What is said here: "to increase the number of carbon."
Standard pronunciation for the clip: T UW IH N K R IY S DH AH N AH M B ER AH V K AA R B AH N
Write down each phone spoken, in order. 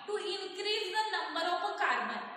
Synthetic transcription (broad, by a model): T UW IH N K R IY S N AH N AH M ER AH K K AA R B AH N